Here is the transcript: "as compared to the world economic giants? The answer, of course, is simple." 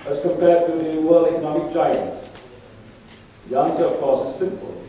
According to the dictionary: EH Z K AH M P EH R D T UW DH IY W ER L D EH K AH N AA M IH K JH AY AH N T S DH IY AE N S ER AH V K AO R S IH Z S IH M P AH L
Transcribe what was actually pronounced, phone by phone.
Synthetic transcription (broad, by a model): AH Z K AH M P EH D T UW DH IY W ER L EH K AH N AA M IH K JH AY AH N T S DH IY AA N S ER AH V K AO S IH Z S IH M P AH L